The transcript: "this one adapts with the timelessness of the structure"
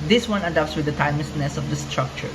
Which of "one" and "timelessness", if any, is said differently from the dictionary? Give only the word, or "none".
timelessness